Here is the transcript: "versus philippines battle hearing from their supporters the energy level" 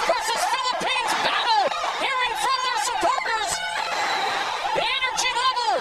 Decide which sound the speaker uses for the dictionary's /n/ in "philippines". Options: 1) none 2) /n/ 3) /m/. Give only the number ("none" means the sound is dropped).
2